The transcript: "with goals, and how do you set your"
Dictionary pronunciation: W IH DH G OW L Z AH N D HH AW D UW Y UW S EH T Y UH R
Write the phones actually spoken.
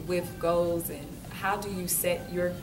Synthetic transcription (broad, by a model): W IH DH G OW L Z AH N HH AW D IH Y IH S EH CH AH R